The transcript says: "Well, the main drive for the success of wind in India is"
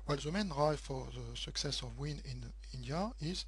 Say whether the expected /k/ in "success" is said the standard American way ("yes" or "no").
yes